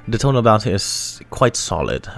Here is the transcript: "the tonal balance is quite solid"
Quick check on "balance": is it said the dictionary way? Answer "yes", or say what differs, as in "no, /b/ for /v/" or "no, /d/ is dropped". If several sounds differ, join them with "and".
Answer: no, /l/ is dropped